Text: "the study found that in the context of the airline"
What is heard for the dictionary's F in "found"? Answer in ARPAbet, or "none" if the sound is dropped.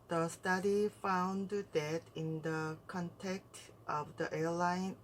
F